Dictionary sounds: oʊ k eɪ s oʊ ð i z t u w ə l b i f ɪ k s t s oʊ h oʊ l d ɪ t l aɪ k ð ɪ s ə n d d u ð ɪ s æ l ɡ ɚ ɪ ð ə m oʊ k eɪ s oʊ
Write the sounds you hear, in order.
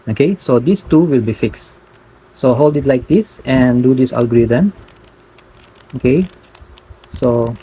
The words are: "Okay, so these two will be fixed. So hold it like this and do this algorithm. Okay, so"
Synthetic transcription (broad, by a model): oʊ k eɪ s oʊ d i s t u w ə l b i f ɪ k s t s oʊ h oʊ l d ɪ t l aɪ k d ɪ s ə n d d u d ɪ s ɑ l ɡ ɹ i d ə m oʊ k eɪ s oʊ